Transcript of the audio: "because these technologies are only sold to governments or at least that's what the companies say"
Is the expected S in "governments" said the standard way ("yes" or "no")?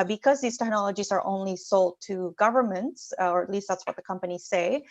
yes